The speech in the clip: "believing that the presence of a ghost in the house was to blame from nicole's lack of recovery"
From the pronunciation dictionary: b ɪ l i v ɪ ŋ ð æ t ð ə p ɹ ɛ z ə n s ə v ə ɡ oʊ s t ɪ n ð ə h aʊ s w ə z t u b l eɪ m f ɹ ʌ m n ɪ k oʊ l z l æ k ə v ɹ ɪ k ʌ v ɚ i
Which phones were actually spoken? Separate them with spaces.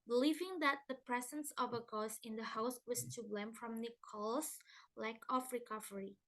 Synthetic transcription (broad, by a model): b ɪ l i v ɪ ŋ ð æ t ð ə p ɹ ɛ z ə n s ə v ə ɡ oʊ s ɪ n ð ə h aʊ s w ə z t u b l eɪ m f ɹ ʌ m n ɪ k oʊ l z l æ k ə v ɹ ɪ k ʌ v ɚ i